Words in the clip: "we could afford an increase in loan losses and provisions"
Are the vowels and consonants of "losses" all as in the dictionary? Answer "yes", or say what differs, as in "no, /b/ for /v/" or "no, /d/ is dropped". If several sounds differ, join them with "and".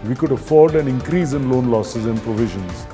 yes